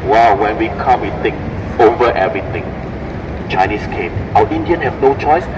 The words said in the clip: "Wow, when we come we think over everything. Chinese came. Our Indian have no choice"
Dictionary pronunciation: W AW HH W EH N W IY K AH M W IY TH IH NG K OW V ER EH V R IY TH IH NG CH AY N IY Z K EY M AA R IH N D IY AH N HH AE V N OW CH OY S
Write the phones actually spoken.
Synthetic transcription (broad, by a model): W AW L W EH N W IY K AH M W IY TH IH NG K OW V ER EH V R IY T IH NG CH AY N IY S K EY M AA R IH N D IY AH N HH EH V N OW CH OY S